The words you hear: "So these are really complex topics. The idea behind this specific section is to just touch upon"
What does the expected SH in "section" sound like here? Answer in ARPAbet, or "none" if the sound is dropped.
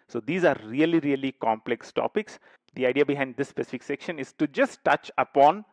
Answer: SH